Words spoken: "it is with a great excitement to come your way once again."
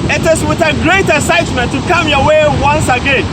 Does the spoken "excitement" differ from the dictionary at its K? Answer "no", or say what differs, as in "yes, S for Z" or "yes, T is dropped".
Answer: yes, K is dropped